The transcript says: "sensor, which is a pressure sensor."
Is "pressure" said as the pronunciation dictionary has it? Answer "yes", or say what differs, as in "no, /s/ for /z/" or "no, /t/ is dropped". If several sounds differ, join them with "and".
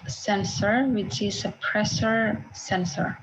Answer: no, /s/ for /ʃ/